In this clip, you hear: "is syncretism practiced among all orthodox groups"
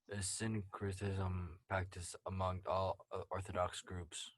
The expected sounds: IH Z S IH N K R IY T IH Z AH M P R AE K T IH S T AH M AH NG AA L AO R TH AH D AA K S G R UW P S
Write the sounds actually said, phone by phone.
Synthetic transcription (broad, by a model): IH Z S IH N K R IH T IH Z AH M P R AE K T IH S AH M AH NG AA L AO R TH AH D AA K S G R UW P S